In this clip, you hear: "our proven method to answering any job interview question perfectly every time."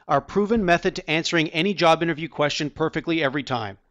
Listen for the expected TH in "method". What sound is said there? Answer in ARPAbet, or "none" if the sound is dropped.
TH